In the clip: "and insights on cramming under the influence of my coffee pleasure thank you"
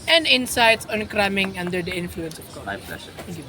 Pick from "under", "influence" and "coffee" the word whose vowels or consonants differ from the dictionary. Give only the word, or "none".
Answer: coffee